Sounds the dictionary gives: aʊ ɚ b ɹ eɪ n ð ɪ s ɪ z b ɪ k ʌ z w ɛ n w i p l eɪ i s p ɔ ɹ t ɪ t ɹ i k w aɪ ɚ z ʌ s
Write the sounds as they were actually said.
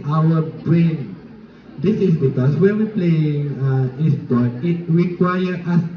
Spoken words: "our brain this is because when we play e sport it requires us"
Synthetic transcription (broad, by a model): aʊ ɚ b ɹ eɪ n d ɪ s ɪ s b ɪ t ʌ s w ɛ n w i p l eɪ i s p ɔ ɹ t ɪ t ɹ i k w aɪ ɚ ʌ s